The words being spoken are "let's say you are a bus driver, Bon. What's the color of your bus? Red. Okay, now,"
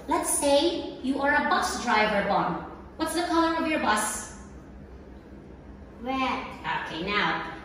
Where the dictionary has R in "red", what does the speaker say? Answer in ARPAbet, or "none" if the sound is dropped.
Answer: W